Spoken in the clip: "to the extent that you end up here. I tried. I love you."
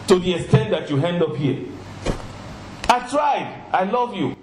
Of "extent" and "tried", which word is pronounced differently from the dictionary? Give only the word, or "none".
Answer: none